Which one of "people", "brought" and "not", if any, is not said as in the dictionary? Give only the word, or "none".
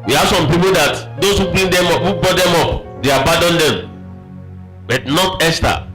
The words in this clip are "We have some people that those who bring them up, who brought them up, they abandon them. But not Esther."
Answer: brought